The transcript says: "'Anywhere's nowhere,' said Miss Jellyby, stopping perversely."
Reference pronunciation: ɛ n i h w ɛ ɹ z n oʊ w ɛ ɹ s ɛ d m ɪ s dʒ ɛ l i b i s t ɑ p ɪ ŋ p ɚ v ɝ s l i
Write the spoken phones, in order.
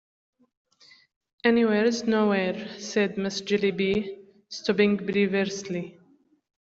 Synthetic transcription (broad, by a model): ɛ n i w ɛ ɹ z n oʊ w ɛ ɹ s ɛ d m ɪ s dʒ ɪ l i b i s t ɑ b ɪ ŋ b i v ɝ s l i